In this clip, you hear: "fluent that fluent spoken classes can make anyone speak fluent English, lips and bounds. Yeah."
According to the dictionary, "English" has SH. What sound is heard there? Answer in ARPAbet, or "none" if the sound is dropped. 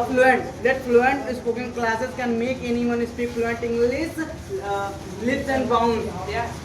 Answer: S